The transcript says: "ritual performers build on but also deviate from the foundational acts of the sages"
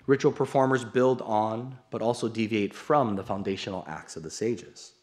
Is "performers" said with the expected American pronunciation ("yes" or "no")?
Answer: yes